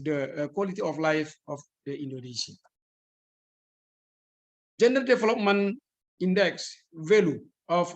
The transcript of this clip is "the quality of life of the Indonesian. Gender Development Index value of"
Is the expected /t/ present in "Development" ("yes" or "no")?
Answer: no